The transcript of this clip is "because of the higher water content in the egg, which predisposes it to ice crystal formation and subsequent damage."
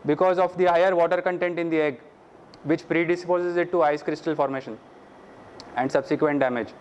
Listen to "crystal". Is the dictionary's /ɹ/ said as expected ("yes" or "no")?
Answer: yes